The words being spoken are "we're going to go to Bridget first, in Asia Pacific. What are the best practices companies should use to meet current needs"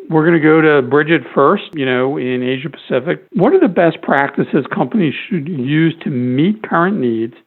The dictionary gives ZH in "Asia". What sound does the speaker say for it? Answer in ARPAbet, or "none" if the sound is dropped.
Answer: ZH